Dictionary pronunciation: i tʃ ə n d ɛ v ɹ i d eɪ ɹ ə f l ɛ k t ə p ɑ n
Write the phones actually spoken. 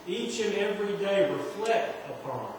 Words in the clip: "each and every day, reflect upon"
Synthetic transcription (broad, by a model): i tʃ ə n ɛ v ɹ i d eɪ w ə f l ɛ t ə p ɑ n